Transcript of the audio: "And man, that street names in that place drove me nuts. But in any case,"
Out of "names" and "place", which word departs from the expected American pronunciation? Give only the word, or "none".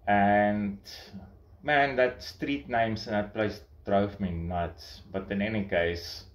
names